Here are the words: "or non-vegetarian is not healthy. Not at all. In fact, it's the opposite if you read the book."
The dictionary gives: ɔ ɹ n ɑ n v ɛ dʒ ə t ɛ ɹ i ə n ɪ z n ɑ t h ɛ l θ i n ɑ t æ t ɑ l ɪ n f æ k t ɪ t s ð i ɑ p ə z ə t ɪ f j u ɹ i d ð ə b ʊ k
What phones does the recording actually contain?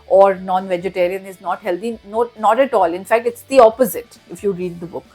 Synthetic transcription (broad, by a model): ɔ ɹ n ɑ n v ɛ dʒ ə t ɛ ɹ i ə n ɪ z n ɑ t h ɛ l t i n ɑ t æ t ɑ l ɪ n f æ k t ɪ t s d i ɑ p ə z ə t ɪ f j u ɹ i d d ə b ʊ k